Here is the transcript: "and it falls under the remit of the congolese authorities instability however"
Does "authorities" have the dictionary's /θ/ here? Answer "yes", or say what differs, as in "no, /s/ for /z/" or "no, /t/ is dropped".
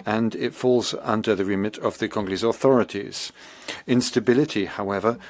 yes